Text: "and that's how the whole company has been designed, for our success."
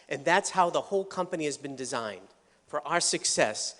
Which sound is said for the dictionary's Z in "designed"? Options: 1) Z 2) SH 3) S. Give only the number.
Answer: 1